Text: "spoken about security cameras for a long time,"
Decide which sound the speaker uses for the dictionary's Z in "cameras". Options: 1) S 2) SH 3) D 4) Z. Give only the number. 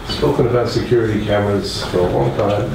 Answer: 1